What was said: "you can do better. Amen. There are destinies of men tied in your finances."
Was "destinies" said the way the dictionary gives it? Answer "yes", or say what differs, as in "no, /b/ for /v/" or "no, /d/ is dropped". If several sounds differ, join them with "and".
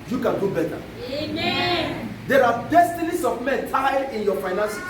no, /s/ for /z/